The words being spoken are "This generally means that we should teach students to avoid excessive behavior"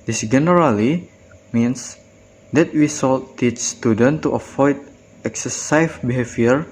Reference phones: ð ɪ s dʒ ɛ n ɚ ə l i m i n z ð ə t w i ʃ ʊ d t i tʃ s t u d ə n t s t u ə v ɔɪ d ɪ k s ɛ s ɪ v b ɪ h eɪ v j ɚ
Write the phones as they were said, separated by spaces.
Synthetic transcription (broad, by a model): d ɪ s dʒ ɛ n ɚ ə l i m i n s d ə t w i s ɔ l t i tʃ s t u d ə n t t u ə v ɔɪ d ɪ k s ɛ s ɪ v b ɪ h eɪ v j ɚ